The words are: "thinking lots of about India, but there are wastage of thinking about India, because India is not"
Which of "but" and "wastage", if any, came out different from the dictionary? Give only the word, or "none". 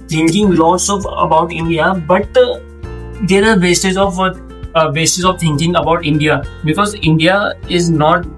wastage